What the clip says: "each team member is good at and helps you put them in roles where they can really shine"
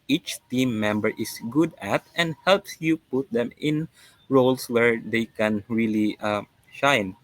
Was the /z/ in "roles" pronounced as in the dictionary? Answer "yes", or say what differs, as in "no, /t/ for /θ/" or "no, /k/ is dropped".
no, /s/ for /z/